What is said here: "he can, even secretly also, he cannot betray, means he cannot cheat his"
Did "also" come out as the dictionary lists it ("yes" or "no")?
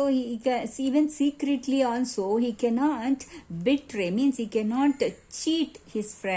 no